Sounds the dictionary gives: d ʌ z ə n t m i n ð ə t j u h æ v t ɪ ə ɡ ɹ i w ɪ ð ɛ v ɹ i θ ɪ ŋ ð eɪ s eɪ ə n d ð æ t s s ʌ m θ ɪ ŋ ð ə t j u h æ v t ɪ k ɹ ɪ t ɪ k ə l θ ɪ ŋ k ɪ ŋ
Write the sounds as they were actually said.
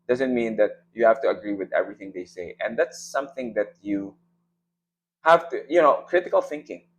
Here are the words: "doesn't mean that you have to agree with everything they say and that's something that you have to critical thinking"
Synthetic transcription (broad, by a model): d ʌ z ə n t m i n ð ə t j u h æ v t ɪ ə ɡ ɹ i w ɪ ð ɛ v ɹ i θ ɪ ŋ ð eɪ s eɪ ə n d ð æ t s s ʌ m θ ɪ ŋ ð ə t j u h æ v t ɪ k ɹ ɪ t ɪ k ə l θ ɪ ŋ k ɪ ŋ